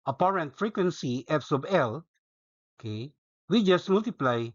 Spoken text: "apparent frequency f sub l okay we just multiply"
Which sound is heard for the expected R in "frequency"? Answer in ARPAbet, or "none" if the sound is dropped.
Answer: R